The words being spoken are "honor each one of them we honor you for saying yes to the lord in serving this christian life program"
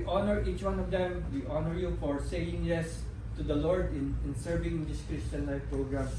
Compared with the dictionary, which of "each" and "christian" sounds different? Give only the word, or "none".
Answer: none